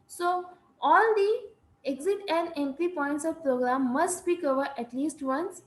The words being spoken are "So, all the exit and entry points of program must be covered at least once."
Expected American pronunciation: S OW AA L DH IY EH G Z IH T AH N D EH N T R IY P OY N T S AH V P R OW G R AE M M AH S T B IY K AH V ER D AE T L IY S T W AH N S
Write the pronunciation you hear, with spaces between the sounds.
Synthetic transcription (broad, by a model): S OW AA L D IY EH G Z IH T AH N D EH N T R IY P OY N T S AH V P R OW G R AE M M AH S T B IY K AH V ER D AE T L IY S T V AH N S